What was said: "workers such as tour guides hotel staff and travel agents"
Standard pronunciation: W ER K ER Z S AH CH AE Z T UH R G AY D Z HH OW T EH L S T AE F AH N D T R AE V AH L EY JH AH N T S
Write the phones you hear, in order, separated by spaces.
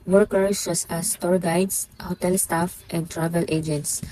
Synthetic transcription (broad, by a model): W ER K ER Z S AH S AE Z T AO R G AY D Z HH OW T EH L S T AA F AH N D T R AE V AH L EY JH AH N T S